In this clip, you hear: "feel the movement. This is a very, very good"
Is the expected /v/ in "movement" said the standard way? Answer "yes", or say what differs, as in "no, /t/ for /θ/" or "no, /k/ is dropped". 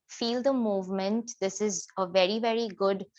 yes